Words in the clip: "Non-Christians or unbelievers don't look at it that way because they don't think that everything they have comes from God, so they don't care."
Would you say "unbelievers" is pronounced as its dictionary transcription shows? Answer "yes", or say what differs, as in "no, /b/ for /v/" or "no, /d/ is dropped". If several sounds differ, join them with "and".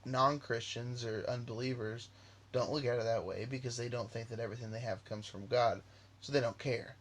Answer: yes